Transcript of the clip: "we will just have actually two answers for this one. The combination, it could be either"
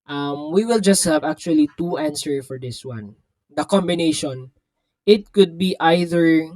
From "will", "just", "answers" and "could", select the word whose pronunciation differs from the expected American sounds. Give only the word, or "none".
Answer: answers